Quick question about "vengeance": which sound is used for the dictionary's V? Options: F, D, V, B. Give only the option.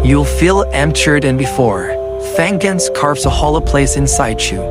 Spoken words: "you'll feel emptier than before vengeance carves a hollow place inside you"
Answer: F